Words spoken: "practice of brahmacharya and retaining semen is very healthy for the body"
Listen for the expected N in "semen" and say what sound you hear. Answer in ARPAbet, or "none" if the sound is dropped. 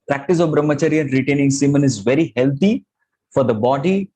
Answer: N